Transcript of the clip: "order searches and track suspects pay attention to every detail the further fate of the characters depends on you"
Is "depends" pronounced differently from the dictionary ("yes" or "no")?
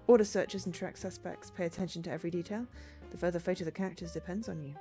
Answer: no